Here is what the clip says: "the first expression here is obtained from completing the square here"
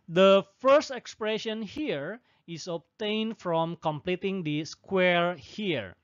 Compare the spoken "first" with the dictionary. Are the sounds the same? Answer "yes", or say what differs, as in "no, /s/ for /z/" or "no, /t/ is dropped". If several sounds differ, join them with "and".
yes